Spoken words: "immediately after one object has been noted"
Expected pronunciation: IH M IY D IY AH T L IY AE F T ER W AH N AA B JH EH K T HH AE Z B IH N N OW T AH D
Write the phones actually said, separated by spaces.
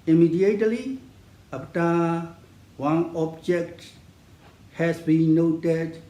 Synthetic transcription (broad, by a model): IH M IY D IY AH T L IY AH P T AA W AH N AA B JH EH K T HH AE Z B IH N N OW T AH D